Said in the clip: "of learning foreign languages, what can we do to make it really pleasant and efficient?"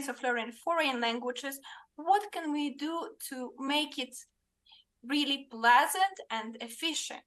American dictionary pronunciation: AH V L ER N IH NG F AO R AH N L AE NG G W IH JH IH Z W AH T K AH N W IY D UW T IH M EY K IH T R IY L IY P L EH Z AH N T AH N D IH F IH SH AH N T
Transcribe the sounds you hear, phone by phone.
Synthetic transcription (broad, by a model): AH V L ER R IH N F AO R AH N L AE NG G W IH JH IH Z W AH T K AH N W IY D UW T IH M EY K IH T R IY L IY P L EH Z AH N T AH N D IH F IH SH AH N T